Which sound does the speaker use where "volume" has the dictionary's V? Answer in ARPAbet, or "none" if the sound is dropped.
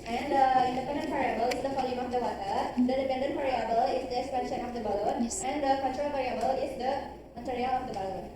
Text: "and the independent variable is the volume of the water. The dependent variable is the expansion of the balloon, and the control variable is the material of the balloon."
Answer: F